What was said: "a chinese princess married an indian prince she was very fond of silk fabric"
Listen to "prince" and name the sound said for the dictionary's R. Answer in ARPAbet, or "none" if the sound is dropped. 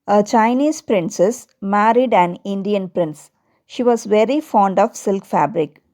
R